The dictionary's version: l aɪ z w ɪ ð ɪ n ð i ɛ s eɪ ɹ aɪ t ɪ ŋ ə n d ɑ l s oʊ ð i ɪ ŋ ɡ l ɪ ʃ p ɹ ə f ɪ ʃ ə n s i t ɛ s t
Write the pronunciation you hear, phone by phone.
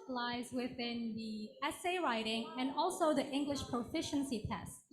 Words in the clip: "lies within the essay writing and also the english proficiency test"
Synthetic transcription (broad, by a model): l aɪ z w ɪ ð ɪ n ð i ɛ s eɪ ɹ aɪ t ɪ ŋ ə n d ɑ l s oʊ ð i ɪ ŋ ɡ l ɪ ʃ p ɹ ə f ɪ ʃ ə n s i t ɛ s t